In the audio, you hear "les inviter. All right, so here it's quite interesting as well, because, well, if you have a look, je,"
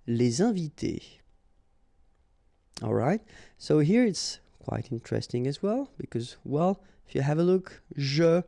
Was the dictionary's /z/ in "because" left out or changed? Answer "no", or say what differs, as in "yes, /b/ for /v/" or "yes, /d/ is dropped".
no